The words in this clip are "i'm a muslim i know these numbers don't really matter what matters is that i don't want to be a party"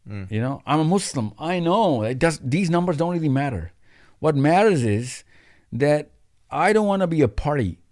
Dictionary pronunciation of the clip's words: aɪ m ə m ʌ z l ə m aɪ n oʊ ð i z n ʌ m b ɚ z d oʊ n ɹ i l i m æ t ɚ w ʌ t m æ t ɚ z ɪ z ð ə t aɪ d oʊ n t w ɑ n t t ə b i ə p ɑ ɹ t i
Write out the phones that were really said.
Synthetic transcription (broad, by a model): aɪ m ə m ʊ s l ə m aɪ n oʊ ð i z n ʌ m b ɚ z d oʊ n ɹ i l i m æ t ɚ w ʌ t m æ t ɚ z ɪ z ð ə t aɪ d oʊ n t w ɑ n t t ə b i ə p ɑ ɹ t i